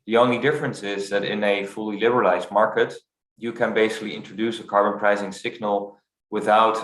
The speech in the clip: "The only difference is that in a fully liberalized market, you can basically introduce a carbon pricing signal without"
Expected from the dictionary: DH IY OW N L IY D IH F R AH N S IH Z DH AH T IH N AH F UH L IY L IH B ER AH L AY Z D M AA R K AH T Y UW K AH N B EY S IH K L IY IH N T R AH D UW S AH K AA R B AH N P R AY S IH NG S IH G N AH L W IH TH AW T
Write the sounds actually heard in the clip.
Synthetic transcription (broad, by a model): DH IY OW N L IY D IH F R AH N S IH Z DH AH T IH N AH F UH L IY L IH B ER AH L AY Z D M AA R K AH T Y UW K AH N B EY S IH K L IY IH N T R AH D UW S AH K AA R B AH N P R AY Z IH NG S IH G N AH L W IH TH AW T